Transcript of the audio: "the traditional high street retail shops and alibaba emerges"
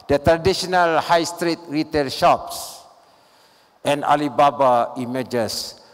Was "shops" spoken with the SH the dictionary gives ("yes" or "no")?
yes